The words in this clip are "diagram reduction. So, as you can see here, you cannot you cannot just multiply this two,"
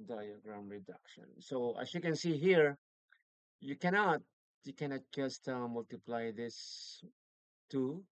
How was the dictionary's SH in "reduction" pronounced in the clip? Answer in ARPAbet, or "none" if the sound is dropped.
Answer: SH